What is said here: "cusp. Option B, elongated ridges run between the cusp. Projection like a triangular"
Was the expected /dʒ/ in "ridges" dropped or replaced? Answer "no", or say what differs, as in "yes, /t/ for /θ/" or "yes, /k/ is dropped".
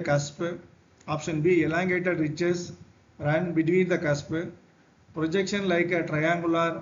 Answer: yes, /tʃ/ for /dʒ/